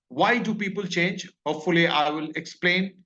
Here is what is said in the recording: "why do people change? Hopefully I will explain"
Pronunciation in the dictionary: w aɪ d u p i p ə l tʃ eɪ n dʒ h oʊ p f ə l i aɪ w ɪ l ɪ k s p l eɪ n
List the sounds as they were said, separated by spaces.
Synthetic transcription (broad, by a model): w aɪ d u p i p ə l tʃ eɪ n dʒ h oʊ p f ə l i aɪ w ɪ l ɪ k s p l eɪ n